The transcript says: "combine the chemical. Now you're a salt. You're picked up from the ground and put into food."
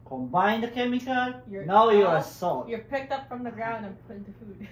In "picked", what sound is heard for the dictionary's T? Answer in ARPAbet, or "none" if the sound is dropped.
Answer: T